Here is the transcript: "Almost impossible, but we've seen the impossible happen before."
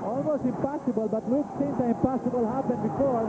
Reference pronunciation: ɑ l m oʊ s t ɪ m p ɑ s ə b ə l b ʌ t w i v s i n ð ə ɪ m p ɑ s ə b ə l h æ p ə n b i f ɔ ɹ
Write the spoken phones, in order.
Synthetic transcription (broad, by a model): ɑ l m oʊ s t ɪ m p ɑ s ə b ə l b ʌ t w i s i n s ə ɪ m p ɑ s ə b ə l h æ b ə n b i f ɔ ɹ